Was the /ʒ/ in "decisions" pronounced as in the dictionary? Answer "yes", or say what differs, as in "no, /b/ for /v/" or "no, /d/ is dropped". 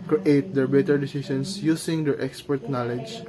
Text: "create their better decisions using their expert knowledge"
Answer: no, /s/ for /ʒ/